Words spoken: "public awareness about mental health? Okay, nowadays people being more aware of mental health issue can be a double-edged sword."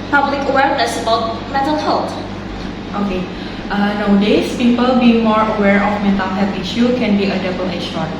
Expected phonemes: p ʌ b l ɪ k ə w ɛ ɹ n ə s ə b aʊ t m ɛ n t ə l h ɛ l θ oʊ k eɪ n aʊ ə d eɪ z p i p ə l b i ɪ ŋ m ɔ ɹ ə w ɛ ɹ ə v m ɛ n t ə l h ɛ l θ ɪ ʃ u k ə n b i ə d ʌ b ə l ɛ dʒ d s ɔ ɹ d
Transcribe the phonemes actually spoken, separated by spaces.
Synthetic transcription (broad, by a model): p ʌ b l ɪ k ə w ɛ ɹ n ə s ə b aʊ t m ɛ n t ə l h ɛ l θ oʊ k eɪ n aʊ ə d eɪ s p i p ə l b i ɪ ŋ m ɔ ɹ ə w ɛ ɹ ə f m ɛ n t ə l h ɛ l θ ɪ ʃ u k ə n b i ə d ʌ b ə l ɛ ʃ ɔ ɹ